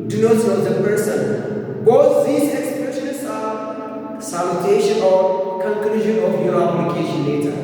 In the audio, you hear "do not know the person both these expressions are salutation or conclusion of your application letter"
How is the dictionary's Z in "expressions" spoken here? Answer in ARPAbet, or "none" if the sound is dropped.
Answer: S